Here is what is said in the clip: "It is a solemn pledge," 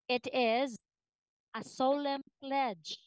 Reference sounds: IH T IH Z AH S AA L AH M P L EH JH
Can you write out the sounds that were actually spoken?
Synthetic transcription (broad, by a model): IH T IH Z AH S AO L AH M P L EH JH